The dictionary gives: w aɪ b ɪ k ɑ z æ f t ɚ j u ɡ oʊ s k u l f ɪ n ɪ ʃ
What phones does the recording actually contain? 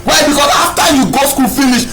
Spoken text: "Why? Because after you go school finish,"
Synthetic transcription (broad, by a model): w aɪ b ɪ k ɑ s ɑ f t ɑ j u ɡ oʊ s k u l f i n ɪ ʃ